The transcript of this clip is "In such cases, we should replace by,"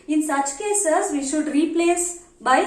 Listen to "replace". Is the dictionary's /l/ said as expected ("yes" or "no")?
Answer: yes